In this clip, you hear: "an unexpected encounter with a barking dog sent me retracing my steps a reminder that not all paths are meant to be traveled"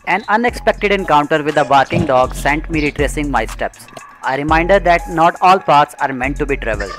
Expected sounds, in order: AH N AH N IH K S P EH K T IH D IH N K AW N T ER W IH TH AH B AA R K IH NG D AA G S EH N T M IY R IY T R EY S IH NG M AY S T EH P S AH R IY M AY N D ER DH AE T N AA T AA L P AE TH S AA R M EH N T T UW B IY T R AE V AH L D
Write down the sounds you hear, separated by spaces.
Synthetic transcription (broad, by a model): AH N AH N IH K S P EH K T IH D IH N K AW N T ER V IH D AH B AA R K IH NG D AA G S EH N T M IY R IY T R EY S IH NG M AY S T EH P S AH R IY M AY N D ER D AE T N AA T AA L P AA T S AA R M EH N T T UW B IY T R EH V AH L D